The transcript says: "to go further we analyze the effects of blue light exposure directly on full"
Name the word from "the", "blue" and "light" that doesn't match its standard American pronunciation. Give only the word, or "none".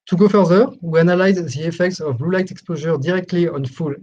none